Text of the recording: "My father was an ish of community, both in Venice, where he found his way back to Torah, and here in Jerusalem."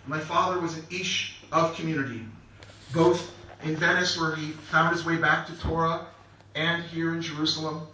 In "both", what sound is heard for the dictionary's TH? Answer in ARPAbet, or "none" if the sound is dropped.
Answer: TH